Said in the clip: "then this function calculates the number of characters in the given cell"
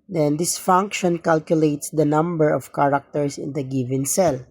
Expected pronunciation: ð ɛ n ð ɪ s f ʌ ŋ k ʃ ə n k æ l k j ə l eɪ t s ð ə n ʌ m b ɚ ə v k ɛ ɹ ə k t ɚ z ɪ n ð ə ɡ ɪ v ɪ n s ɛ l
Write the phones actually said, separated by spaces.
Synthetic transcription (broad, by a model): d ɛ n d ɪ s f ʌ ŋ k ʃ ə n k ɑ l k j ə l eɪ t s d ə n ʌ m b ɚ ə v k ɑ ɹ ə k t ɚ s ɪ n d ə ɡ ɪ v ɪ n s ɛ l